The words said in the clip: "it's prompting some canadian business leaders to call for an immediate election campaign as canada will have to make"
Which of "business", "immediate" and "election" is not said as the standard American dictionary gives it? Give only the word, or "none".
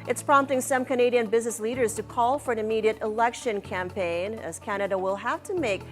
none